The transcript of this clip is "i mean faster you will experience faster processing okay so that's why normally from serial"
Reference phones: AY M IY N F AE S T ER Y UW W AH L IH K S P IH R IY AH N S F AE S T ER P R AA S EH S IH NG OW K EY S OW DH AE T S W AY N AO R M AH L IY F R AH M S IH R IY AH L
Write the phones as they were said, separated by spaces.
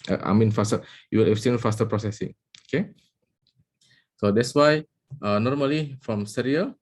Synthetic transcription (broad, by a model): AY M IY N F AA S T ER Y UW W AH L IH S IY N F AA S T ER P R AA S EH S IH NG OW K EY S OW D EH T S W AY N AO R M AH L IY F R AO M S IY R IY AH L